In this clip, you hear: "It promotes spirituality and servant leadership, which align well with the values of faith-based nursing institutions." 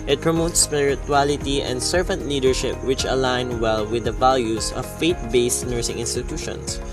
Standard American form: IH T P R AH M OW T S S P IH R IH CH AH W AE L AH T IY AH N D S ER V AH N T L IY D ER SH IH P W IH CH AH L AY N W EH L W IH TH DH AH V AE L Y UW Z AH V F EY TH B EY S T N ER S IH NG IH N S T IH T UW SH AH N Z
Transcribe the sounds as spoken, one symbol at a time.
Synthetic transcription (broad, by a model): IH T P R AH M OW T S S P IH R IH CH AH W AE L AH T IY AH N D S ER V AH N T L IY D ER SH IH P W IH CH AH L AY N W EH L W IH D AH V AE L Y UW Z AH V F EY T B EY S T N ER S IH NG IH N S T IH T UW SH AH N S